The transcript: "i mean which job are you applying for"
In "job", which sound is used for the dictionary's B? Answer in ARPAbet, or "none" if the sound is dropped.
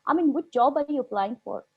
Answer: B